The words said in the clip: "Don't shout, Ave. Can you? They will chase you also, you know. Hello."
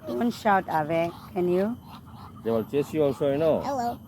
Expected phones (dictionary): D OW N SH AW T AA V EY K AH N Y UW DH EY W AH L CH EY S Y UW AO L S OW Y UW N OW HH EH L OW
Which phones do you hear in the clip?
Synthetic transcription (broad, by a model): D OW N SH AW T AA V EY K AH N Y UW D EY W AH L CH EY S Y UW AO S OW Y N OW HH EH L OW